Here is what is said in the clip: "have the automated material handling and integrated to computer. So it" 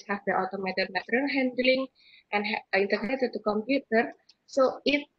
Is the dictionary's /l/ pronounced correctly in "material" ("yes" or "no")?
no